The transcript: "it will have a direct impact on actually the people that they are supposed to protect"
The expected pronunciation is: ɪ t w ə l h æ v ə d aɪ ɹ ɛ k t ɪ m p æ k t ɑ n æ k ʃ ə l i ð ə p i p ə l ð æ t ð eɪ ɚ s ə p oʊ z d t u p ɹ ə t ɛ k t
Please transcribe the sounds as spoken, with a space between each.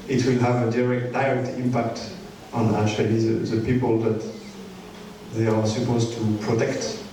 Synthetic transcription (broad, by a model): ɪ t w ə l h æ v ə d aɪ ɹ ɛ k t ɪ m p æ k t ɑ n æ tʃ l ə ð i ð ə p i p ə l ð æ t ð eɪ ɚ s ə p oʊ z t u p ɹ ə t ɛ k t